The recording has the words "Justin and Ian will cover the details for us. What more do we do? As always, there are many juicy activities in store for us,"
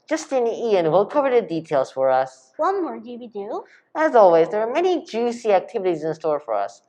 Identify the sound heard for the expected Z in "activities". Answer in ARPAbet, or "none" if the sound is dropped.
Z